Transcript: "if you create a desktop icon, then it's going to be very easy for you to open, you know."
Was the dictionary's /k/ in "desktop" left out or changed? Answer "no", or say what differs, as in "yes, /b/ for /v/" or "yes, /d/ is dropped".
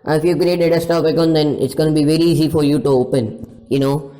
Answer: yes, /k/ is dropped